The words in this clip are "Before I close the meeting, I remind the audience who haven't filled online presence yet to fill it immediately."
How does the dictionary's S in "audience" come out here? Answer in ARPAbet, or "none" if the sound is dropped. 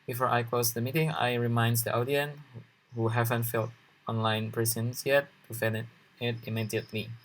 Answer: none